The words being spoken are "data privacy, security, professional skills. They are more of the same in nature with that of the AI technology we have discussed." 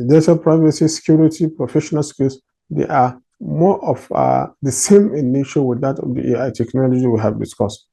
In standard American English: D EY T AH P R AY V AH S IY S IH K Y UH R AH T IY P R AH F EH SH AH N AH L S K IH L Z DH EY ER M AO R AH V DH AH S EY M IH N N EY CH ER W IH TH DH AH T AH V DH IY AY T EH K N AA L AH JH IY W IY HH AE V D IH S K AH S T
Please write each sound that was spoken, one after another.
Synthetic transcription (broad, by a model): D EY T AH P R AY V AH S IY S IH K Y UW R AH T IY P R AH F EH SH AH N AH L S K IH L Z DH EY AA M AO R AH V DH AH S EY M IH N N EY SH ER W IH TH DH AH T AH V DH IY AY T EH K N AA L AH JH IY W IY HH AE V D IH S K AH S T